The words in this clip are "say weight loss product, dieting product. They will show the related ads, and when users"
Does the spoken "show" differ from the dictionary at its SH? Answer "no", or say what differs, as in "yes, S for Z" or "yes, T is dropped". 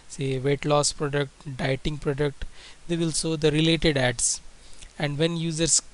yes, S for SH